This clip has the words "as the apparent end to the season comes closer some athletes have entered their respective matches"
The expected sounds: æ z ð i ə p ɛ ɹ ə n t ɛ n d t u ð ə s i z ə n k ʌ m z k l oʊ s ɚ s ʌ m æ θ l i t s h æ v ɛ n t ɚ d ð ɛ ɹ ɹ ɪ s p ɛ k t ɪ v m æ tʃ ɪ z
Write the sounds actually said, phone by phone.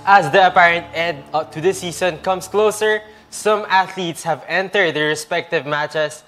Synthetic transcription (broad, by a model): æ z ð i ə p ɛ ɹ ə n t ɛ d t u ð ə s i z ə n k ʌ m s k l oʊ s ɚ s ʌ m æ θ l i t s h æ v ɛ n t ɚ d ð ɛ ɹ ɹ ɪ s p ɛ k t ɪ v m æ tʃ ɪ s